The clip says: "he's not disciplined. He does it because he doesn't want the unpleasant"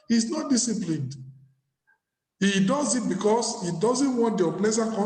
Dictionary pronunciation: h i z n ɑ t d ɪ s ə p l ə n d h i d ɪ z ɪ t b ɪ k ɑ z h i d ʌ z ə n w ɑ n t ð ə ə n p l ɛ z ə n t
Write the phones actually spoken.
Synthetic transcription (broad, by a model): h i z n ɑ t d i s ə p l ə n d h i d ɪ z ɪ t b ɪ k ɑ s h i d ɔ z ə n w ɑ n t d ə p l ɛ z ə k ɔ